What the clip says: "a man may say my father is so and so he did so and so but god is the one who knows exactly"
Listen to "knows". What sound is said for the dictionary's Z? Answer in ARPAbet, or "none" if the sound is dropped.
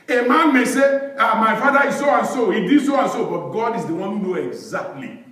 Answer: none